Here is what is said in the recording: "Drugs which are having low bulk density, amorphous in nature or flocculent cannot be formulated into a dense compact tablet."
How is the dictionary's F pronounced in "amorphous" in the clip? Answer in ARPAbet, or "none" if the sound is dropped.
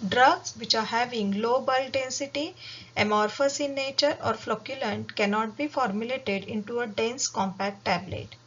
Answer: F